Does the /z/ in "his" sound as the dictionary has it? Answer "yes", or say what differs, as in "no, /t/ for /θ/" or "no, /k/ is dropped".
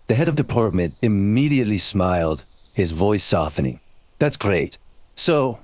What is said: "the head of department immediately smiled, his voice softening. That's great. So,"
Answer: yes